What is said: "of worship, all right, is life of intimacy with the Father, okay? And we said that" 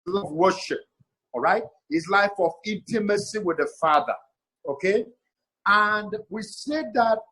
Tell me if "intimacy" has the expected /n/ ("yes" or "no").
yes